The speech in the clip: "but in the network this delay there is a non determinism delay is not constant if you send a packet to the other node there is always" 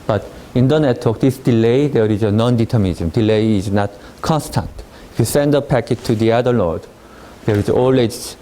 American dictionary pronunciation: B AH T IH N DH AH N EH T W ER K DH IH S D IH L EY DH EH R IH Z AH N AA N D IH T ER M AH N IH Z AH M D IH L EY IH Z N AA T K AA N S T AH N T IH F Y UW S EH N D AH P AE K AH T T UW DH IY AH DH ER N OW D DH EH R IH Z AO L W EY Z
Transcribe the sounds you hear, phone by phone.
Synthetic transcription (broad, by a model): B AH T IH N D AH N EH T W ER K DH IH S D IH L EY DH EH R IH Z AH N AA N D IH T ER M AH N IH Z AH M D IH L EY IH Z N AA T K AA N S T AH N T IH F Y UW S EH N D AH P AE K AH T T UW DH IY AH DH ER L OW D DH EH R IH Z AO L W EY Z